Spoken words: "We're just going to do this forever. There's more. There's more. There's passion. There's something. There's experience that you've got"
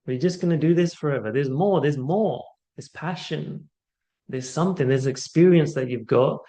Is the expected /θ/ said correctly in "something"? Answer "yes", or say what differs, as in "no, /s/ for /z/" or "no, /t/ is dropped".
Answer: yes